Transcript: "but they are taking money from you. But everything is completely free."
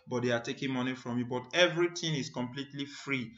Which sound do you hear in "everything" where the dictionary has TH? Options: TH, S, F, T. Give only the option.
T